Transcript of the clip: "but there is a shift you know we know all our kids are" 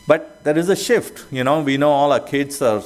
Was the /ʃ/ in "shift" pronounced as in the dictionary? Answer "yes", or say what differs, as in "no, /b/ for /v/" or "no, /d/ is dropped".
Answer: yes